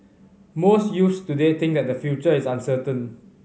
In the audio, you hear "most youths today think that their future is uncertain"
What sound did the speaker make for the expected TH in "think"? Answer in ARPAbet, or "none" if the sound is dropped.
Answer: T